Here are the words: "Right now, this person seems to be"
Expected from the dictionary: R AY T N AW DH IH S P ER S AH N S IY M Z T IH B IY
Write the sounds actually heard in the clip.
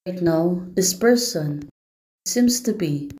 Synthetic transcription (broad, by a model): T N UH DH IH S P ER S AH N S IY M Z T IH B IY